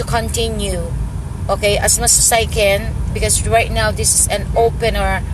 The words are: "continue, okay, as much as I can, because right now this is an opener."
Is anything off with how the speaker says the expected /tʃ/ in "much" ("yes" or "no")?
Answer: yes